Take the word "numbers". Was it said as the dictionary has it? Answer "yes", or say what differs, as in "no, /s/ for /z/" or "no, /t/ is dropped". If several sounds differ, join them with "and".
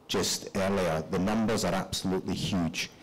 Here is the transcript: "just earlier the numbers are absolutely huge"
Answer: yes